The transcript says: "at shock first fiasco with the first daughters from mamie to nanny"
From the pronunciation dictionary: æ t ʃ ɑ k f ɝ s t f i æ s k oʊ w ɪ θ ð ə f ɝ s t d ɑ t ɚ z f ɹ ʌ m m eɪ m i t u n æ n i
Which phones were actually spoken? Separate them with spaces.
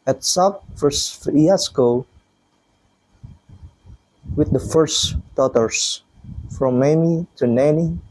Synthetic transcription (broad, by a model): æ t s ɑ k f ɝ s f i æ s k oʊ w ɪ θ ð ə f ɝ s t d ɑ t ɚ s f ɹ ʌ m m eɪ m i t u n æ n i